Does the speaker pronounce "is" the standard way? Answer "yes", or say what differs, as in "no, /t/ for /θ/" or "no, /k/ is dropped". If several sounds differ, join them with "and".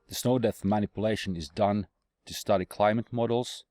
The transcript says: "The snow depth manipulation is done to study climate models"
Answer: yes